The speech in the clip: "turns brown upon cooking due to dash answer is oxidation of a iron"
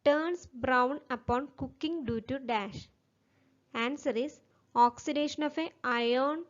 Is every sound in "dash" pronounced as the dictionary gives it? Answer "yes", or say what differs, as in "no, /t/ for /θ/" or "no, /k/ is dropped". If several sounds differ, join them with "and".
yes